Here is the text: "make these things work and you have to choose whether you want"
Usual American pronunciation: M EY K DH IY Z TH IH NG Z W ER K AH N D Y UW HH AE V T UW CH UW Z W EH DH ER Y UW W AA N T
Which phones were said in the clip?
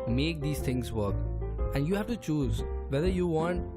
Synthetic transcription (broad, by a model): M EY K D IY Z T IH NG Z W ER K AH N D Y UW HH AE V T UW CH UW Z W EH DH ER Y UW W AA N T